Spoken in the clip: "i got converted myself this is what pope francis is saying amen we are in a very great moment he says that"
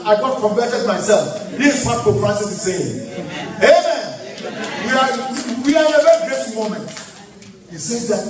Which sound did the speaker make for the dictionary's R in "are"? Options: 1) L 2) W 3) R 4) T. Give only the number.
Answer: 2